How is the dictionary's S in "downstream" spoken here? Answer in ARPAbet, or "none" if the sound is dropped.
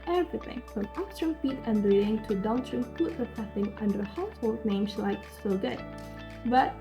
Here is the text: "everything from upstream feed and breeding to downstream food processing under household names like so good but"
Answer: none